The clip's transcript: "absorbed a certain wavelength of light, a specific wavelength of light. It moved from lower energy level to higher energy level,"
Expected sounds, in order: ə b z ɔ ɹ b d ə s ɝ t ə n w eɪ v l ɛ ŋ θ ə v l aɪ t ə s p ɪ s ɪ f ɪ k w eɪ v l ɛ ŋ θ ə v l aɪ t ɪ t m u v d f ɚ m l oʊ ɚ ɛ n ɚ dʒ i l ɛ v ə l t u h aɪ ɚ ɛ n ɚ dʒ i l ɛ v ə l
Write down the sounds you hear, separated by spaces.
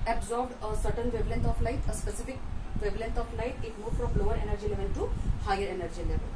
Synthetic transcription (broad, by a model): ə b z ɔ ɹ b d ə s ɝ t ə n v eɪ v l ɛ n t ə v l aɪ t ə s p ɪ s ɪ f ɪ k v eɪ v l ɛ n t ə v l aɪ t ɪ t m u f d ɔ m l oʊ ɚ ɛ n ɚ dʒ i l ɛ v ə l t u h aɪ ɚ ɛ n ɚ dʒ i l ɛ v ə l